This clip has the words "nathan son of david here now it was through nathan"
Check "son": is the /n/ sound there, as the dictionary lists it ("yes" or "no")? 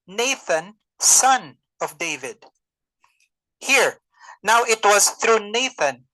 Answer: yes